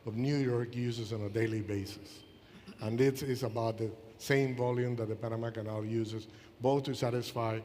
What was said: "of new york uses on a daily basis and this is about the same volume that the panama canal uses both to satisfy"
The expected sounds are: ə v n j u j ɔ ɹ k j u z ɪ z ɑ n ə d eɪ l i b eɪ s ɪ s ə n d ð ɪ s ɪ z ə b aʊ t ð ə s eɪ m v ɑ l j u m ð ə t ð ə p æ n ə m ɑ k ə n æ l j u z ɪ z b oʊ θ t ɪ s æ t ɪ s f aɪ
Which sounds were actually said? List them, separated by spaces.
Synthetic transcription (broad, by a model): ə v n j u j ɔ ɹ k j u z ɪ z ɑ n ə d eɪ l i b eɪ s ɪ s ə n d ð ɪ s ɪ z ə b aʊ t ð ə s eɪ m v ɑ l j u m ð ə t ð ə p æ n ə m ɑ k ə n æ l j u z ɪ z b oʊ θ t ɪ s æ t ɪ s f aɪ